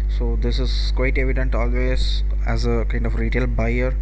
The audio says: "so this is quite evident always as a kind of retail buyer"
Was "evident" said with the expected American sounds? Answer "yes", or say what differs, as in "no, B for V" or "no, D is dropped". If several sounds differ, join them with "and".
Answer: yes